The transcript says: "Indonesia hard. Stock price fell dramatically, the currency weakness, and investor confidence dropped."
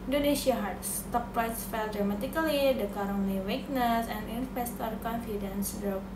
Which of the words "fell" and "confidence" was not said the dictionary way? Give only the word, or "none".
none